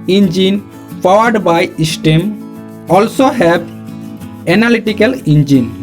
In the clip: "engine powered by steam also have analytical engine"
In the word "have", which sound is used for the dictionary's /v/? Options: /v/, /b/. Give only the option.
/b/